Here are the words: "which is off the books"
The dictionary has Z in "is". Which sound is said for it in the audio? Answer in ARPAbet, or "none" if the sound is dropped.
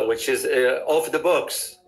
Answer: Z